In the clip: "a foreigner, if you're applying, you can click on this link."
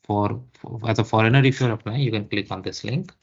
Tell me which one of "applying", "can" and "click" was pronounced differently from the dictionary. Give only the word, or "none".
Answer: applying